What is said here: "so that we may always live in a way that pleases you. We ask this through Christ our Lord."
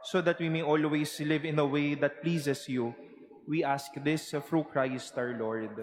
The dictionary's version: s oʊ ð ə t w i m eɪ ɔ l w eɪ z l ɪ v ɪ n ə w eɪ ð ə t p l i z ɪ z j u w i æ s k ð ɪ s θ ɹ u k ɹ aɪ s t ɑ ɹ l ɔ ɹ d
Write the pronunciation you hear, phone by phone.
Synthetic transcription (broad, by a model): s oʊ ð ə t w i m eɪ ɔ l w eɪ s l ɪ v ɪ n ə w eɪ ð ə t p l i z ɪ s j u w i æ s k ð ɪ s f ɹ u k ɹ aɪ s t ɑ ɹ l ɔ ɹ d